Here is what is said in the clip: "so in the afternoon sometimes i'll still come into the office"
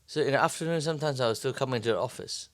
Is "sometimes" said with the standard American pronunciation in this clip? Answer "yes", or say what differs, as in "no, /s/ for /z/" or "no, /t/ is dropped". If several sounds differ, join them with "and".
yes